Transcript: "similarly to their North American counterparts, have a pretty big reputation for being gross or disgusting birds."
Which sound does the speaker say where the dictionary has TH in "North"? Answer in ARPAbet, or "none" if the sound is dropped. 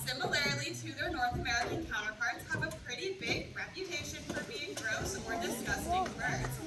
TH